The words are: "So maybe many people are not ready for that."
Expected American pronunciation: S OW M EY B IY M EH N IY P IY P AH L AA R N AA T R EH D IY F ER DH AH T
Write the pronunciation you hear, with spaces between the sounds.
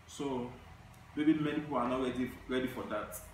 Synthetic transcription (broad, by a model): S OW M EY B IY M EH N IY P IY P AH N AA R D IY R EH D IY F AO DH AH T